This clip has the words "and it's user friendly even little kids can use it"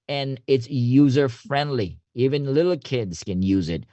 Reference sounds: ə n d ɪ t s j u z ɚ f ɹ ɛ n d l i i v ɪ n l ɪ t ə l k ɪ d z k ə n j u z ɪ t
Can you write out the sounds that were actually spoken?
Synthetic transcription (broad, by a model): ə n ɪ t s j u z ɚ f ɹ ɛ n d l i i v ɪ n l ɪ t l k ɪ d z k ə n j u z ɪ t